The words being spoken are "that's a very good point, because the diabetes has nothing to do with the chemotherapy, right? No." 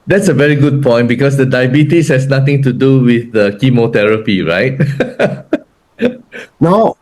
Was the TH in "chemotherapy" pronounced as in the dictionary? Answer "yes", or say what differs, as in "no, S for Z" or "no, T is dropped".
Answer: no, T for TH